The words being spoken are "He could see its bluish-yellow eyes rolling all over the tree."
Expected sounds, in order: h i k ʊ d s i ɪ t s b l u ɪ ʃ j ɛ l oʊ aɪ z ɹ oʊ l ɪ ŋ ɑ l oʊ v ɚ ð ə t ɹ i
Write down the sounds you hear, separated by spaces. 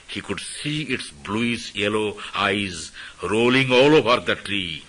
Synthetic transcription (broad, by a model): h i k ʊ d s i ɪ t s b l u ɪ s j ɛ l oʊ aɪ z ɹ oʊ l ɪ ŋ ɑ l oʊ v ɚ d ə t ɹ i